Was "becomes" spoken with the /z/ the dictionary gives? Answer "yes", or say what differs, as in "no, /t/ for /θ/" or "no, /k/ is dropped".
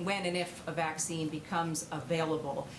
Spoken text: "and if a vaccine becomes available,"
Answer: yes